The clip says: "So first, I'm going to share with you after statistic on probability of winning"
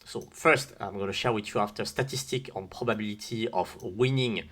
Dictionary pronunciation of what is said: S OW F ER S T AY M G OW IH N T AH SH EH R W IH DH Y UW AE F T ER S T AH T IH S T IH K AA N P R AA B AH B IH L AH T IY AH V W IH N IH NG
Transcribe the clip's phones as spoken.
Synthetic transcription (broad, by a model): S OW F ER S T AY M G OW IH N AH SH EH R W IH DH Y UW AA F T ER S T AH T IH S T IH K AA N P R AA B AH B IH L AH T IY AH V W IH N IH NG